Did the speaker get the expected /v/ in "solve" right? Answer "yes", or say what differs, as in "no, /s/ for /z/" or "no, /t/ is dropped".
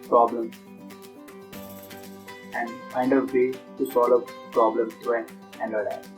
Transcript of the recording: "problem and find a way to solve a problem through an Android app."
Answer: no, /v/ is dropped